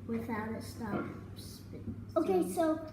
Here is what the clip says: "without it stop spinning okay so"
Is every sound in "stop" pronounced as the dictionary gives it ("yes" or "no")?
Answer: no